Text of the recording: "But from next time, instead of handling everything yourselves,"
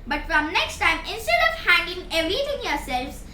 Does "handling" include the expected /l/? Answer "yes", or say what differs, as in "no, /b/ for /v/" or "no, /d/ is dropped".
no, /l/ is dropped